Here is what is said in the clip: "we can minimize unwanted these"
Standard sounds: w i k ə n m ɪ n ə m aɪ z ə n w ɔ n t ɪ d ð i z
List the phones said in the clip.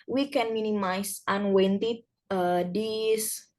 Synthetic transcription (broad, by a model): w i k ə n m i n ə m aɪ s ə n w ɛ n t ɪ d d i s